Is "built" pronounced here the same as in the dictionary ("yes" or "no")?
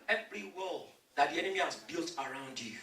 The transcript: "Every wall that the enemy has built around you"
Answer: yes